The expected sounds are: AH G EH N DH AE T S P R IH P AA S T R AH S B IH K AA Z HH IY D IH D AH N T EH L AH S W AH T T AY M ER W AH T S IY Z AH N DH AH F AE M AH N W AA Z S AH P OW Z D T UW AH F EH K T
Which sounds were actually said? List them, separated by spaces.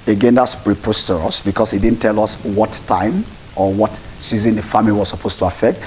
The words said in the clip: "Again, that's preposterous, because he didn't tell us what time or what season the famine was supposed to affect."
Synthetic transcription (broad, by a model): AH G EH N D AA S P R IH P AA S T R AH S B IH K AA S HH IY D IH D N T EH L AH S W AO T T AY M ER W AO T S IY Z AH N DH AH F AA M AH W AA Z S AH P OW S T UW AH F EH K T